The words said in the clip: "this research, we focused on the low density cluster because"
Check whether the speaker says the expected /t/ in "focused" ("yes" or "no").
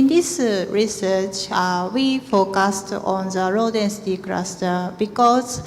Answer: yes